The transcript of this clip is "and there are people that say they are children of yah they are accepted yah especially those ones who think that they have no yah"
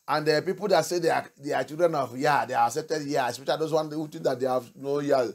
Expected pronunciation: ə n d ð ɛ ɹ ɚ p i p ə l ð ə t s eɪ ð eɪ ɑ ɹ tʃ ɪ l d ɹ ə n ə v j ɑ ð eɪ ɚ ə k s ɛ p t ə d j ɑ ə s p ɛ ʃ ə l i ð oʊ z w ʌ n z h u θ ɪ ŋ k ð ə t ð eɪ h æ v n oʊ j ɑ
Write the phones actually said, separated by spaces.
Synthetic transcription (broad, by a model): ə n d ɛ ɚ p i p ə l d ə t s eɪ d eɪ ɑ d tʃ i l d ɹ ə n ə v j ɑ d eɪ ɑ ə k s ɛ p t ə d j ɑ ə s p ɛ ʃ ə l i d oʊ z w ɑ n h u t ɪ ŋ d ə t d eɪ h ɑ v n oʊ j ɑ